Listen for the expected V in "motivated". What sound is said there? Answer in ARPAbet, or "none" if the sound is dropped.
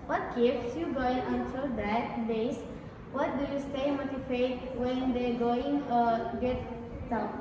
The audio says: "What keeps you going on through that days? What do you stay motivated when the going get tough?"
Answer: F